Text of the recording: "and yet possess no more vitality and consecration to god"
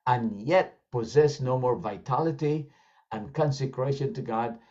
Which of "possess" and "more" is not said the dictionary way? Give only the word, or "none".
none